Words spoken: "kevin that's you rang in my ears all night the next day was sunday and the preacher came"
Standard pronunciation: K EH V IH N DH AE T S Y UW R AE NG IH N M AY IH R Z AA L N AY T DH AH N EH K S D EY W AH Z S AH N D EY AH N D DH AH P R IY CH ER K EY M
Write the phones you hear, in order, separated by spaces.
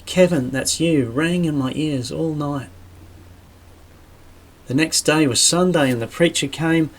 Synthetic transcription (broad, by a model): K EH V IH N DH AE T S Y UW R AE NG IH N M AY IH R Z AA L N AY T DH AH N EH K S D EY W AH Z S AH N D EY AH N DH AH P R IY CH ER K EY M